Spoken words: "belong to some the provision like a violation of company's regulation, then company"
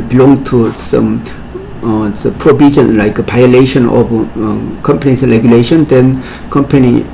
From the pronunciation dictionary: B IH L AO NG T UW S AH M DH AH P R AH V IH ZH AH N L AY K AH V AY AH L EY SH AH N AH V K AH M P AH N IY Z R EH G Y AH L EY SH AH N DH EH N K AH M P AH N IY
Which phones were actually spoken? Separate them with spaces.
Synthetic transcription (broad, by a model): B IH L AO NG T UW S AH M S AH P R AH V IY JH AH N L AY K AH P AY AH L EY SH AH N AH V K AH M P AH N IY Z R EH G Y AH L EY SH AH N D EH N K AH M P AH N IY